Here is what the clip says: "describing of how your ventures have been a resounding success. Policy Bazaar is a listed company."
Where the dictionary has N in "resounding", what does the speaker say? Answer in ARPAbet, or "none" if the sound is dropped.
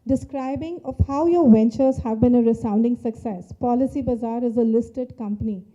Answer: N